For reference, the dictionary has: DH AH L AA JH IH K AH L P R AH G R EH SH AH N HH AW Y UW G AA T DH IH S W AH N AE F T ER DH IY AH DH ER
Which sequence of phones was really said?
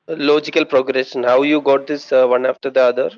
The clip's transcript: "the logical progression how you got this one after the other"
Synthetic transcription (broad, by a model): L AA JH IH K AH L P R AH G R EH S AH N HH AW Y UW G AA T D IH S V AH N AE F T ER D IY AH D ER